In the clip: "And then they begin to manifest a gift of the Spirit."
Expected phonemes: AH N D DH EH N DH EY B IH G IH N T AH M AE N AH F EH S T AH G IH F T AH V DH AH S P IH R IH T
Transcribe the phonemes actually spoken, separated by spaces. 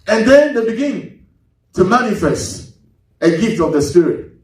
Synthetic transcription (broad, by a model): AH N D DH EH N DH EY B IH G IH N T AH M AE N AH F EH S T AH G IH F T AH V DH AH S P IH R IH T